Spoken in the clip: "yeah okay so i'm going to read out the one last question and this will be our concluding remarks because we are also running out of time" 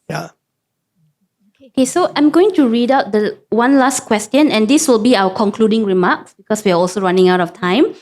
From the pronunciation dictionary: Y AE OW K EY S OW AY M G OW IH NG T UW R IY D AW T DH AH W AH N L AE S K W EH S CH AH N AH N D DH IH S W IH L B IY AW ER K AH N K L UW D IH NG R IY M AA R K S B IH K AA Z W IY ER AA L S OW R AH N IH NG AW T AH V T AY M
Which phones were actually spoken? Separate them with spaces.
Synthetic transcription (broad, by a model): Y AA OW K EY S OW AY M G OW IH NG T UW R IY D AW T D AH W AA N L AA S K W EH S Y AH N AH N D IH S W IH L B IY AW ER K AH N K L UW D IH NG R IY M AA K S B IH K AA S W IY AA AA L S OW R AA N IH NG AW T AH F T AY M